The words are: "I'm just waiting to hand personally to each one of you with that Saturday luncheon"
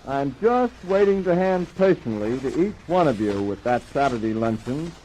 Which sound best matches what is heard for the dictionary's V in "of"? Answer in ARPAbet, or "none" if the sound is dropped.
V